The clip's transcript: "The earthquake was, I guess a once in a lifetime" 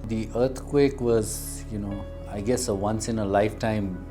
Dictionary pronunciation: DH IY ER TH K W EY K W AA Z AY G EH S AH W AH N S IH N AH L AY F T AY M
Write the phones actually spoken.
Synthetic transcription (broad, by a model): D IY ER T K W EY K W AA Z AY G EH S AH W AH N S IH N AH L AY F T AY M